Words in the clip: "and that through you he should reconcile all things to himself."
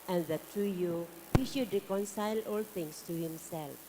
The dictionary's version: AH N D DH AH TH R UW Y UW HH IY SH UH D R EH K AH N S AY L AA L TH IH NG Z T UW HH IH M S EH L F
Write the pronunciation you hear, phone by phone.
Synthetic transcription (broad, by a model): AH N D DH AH T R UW Y UW HH IY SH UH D R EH K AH N S AY L AA L T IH NG S T UW HH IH M S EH L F